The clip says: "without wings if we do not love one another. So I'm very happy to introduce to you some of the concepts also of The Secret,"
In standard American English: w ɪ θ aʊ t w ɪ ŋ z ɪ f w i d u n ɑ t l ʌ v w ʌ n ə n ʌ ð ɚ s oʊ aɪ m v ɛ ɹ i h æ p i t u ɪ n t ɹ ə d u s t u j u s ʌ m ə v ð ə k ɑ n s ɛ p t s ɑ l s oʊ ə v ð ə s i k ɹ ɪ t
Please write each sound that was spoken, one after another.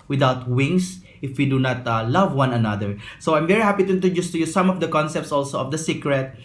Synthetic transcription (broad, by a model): w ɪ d aʊ t w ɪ ŋ s ɪ f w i d u n ɑ t l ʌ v w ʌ n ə n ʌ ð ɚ s oʊ aɪ m v ɛ ɹ i h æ p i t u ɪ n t ə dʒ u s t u j u s ʌ m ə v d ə k ɑ n s ɛ p t s ɑ l s oʊ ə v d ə s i k ɹ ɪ t